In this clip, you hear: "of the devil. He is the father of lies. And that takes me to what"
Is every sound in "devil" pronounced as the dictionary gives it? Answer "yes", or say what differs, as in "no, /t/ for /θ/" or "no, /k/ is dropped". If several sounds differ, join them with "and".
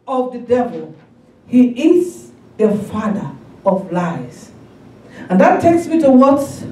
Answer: yes